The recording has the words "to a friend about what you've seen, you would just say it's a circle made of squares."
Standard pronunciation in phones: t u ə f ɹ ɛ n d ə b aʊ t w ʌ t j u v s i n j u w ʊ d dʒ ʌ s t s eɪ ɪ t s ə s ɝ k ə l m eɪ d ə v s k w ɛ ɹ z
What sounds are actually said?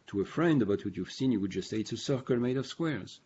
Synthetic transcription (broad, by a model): t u ə f ɹ ɛ n d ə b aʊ t w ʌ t j u v s i n j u w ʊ d dʒ ʌ s t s eɪ ɪ t s ə s ɝ k ə l m eɪ d ə v s k w ɛ ɹ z